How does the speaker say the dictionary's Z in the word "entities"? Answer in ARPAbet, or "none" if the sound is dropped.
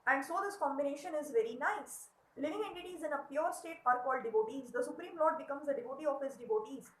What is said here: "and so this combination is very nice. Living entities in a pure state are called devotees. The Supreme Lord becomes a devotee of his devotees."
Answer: Z